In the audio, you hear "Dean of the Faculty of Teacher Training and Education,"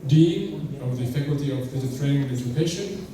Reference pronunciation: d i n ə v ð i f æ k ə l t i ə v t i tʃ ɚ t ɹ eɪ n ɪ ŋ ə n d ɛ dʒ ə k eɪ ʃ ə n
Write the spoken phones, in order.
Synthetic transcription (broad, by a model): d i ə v ð i f æ k ə l t i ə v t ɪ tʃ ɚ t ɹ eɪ ɪ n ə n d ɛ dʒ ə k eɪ ʃ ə n